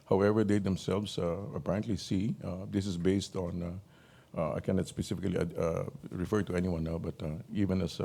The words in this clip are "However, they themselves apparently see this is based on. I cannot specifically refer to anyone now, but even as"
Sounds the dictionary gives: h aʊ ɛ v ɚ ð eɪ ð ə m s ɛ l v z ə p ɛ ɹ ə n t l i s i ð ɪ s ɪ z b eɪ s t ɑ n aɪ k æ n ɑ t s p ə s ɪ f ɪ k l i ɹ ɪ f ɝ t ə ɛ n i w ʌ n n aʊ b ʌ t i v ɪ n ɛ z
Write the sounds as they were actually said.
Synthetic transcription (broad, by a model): h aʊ ɛ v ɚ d eɪ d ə m s ɛ l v s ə p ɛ ɹ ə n t l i s i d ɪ s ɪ s b eɪ s t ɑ n aɪ k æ n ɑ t s p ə s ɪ f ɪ k l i ɹ ɪ f ɝ t ə ɛ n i w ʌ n n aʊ b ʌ t i v ɪ n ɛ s